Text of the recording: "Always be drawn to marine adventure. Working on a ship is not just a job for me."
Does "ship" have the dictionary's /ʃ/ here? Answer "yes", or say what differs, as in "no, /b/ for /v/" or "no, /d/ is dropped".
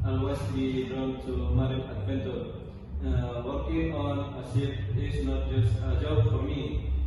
no, /s/ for /ʃ/